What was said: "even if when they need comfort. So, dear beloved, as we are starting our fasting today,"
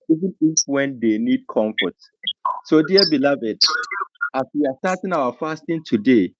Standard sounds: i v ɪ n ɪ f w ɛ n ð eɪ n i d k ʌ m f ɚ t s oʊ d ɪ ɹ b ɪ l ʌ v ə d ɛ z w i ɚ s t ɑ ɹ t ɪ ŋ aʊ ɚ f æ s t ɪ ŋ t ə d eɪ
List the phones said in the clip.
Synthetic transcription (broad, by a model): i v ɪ n ɪ f w ɛ n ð eɪ n i d k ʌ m f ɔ t s oʊ d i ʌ b ɪ l ʌ v ə d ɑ s w i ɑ s t ɑ t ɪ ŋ aʊ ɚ f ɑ s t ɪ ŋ t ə d eɪ